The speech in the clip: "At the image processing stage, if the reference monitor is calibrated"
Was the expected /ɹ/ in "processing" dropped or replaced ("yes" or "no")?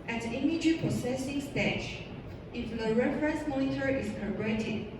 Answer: yes